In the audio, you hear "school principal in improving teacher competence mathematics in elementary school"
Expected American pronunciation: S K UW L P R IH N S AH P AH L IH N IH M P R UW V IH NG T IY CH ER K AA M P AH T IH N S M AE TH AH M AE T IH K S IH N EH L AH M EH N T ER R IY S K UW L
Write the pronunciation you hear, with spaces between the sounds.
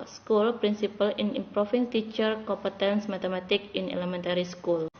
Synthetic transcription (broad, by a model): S K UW L P R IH N S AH P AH L IH N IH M P R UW F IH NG T IY CH ER K AA M P AH T IH N S M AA T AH M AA T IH K IH N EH L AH M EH N T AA R IY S K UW L